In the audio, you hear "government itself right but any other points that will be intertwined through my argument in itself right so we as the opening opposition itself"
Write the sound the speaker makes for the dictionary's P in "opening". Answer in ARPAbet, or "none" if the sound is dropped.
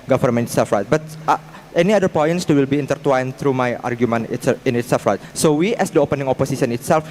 P